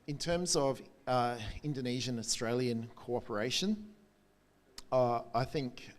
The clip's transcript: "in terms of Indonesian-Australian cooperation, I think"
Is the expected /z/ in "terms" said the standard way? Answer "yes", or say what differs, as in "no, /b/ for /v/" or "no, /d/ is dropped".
yes